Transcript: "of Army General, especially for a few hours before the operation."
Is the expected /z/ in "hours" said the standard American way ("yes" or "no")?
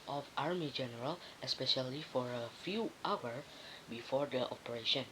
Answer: no